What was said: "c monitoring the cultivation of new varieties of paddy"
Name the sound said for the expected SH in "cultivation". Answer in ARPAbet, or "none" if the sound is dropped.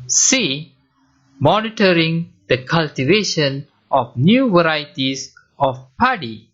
SH